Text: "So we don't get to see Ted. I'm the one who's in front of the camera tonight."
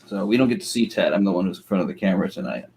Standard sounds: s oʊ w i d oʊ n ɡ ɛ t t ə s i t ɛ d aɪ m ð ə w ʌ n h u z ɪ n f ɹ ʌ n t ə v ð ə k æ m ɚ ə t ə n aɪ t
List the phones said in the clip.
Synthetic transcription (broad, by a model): s oʊ w i d oʊ n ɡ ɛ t t ə s i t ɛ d aɪ m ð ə w ʌ n h u z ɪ n f ɹ ʌ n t ə v ð ə k æ m ɚ ə t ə n aɪ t